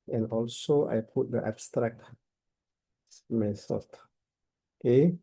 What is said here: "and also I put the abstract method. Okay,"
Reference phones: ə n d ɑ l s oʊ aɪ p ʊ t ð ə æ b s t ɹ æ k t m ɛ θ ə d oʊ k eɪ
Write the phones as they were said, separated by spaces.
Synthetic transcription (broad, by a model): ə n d ɑ l s oʊ aɪ p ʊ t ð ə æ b s t ɹ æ k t m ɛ s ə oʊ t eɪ